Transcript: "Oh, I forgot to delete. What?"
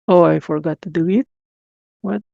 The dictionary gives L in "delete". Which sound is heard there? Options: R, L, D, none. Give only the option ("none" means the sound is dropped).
none